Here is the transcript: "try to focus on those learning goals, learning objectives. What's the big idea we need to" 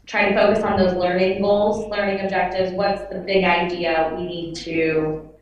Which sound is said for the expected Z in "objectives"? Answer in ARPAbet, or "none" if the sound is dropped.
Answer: Z